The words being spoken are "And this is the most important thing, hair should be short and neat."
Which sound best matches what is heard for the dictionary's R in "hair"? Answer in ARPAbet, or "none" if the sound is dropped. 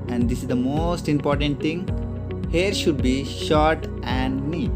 R